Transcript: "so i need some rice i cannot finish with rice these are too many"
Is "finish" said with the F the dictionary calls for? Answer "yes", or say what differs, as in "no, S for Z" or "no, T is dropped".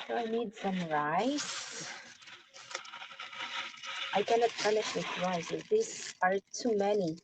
no, P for F